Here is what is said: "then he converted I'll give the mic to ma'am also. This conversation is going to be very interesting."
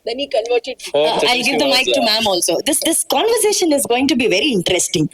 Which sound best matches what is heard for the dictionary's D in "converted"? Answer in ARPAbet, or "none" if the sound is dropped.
none